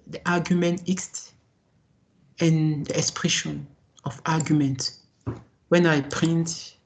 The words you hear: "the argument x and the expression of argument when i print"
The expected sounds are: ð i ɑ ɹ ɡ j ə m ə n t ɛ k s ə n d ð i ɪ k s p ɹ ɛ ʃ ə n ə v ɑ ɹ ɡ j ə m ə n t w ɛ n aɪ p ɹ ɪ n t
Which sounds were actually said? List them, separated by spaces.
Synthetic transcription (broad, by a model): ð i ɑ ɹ ɡ j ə m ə n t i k s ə n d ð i ɪ k s p ɹ ɛ ʃ ə n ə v ɑ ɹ ɡ j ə m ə n t w ɛ n aɪ p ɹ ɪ n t